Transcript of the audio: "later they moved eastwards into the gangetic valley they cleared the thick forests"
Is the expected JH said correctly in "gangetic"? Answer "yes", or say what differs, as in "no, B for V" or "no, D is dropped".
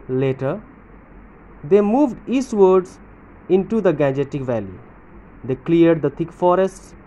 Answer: yes